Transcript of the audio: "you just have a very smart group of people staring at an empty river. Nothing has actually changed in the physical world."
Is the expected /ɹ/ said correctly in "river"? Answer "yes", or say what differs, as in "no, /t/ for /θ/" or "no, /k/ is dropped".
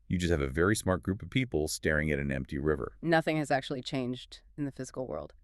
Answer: yes